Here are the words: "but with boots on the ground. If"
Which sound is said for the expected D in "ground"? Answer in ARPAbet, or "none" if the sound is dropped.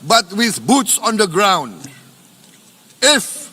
D